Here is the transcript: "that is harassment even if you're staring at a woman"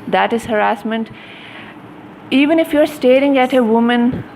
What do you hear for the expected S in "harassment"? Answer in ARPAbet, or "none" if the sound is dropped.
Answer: S